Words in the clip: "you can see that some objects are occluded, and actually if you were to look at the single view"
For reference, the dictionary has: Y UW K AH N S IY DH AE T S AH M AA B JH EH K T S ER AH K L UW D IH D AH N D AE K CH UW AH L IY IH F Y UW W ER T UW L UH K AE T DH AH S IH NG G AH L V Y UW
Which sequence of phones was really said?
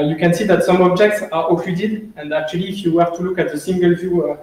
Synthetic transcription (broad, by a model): Y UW K AH N S IY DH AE T S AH M AA B JH EH K T S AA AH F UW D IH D AH N D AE K CH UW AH L IY F Y UW W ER T UW L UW K AE T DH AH S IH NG G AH L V Y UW